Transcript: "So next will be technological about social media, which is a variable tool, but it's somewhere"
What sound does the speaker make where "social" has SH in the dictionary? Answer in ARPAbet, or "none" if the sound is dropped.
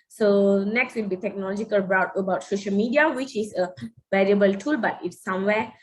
SH